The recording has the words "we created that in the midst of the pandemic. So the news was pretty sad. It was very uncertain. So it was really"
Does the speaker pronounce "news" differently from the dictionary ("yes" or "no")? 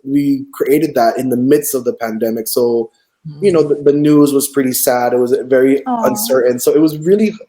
no